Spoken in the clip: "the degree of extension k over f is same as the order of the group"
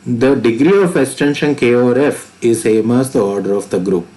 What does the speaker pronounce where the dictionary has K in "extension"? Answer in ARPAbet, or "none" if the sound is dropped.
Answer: K